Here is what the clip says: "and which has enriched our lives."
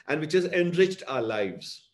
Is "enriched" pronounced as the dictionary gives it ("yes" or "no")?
yes